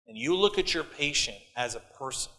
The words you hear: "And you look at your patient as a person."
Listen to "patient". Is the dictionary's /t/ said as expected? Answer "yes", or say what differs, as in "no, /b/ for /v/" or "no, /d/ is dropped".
yes